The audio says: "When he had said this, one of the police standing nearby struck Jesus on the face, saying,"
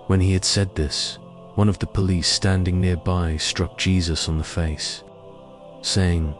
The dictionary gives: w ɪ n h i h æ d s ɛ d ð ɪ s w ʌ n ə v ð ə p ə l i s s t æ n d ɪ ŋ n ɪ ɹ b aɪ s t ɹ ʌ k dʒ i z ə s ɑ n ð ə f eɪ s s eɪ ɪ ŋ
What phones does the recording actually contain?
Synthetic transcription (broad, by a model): w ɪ n i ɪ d s ɛ d ð ɪ s w ʌ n ə v ð ə p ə l i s s t æ n d ɪ ŋ n ɪ ɹ b aɪ s t ɹ ʌ k dʒ i z ə s n ð ə f eɪ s s eɪ ɪ ŋ